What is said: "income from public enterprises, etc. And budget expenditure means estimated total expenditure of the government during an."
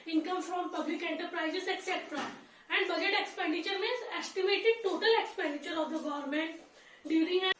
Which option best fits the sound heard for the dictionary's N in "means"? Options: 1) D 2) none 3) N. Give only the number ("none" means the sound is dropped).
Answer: 2